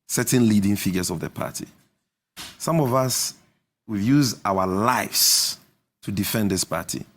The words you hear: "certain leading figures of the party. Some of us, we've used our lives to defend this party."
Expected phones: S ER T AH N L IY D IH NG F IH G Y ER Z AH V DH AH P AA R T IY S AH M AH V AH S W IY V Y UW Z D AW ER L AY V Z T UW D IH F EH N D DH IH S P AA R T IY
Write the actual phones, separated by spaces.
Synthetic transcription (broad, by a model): S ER T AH N L IY D IH NG F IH G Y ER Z AH V DH AH P AA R T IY S AH M AH V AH S W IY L Y UW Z AW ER L AY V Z T UW D IH F EH N D DH IH S P AA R T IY